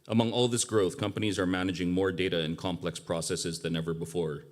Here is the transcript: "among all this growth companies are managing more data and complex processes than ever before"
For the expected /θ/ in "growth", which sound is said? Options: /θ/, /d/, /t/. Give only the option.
/θ/